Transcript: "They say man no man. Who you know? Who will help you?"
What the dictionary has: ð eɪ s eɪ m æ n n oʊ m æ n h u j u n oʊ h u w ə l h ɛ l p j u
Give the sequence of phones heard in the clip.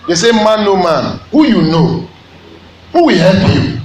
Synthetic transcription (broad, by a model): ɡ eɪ s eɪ m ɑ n n oʊ m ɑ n h u j u n oʊ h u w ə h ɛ p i